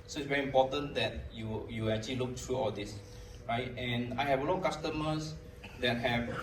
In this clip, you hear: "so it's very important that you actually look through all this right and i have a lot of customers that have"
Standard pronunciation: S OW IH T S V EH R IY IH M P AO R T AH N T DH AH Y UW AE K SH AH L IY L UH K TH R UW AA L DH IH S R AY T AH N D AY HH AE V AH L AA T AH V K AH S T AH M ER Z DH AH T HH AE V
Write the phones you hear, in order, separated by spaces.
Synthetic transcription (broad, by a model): S OW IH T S V EH R IY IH M P AO T AH N T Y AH Y UW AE K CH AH L IY L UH K T R UW AA L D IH S R AY T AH N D AY HH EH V AH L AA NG K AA S T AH M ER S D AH T HH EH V